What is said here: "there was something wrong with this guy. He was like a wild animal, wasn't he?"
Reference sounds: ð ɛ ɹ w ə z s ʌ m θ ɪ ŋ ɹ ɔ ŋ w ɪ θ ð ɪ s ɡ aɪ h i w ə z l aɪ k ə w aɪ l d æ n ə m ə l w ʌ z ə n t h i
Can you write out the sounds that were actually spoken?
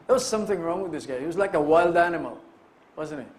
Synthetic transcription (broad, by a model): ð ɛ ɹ w ə z s ʌ m θ ɪ ŋ ɹ ɔ ŋ w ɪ ð ɪ s ɡ aɪ h i w ə z l aɪ k ə w aɪ l d æ n ə m ə l w ʌ z ə n t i